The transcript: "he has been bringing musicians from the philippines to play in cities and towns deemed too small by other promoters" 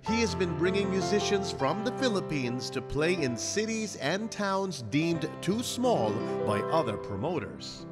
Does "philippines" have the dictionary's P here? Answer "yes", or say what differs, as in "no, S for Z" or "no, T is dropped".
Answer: yes